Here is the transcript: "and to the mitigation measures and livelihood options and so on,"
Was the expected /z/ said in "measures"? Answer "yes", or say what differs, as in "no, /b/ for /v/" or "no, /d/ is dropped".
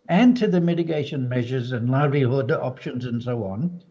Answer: yes